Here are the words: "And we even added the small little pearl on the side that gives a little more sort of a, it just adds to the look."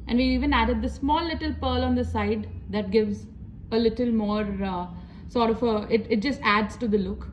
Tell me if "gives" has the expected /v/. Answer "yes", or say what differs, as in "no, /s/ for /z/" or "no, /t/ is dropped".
yes